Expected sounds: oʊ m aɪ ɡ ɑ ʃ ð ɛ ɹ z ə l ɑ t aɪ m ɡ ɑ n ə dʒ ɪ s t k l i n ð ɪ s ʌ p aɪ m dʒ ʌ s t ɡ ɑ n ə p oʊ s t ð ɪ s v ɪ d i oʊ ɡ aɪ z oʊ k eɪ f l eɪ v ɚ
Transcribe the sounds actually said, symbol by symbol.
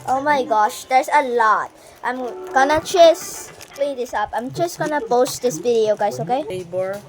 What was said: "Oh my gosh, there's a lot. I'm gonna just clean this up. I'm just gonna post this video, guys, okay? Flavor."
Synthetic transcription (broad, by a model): oʊ m aɪ ɡ ɑ ʃ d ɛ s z ə l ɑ t aɪ m ɡ ɑ n ə tʃ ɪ s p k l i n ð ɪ s ʌ p aɪ m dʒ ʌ s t ɡ ɑ n ə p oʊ s t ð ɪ s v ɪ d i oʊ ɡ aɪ s oʊ k eɪ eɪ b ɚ